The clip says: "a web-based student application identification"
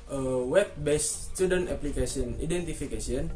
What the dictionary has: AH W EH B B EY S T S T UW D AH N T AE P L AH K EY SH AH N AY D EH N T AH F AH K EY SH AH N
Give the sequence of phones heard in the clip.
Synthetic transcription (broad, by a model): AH W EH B B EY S S T UW D AH N T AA P L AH K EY S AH N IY D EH N T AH F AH K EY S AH N